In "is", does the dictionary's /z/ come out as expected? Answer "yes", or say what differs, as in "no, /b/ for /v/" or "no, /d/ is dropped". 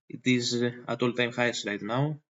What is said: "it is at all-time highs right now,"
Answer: yes